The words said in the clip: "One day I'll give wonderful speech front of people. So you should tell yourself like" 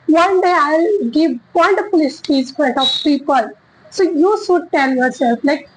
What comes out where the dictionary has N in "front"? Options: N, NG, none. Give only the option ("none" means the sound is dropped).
none